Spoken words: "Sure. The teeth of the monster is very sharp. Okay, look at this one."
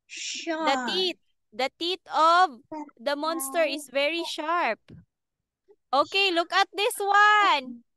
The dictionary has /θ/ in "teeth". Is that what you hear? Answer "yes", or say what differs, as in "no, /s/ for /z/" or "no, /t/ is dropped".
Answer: no, /t/ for /θ/